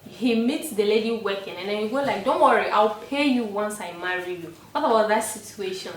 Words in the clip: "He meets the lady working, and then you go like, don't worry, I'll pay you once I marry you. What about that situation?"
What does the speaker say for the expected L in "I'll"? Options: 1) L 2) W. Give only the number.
1